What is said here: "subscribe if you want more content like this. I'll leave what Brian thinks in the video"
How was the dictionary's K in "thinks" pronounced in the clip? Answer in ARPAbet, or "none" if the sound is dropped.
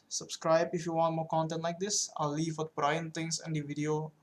none